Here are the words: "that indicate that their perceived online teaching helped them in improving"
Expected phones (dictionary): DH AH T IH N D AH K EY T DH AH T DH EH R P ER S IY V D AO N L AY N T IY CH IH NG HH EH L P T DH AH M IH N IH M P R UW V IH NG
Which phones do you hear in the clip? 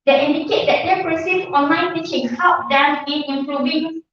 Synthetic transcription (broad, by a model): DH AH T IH N D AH K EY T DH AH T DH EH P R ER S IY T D AO N L AY N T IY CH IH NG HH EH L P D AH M IH N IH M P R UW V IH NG